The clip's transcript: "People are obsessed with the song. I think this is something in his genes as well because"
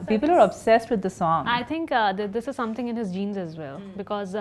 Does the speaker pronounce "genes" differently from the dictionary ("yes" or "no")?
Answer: no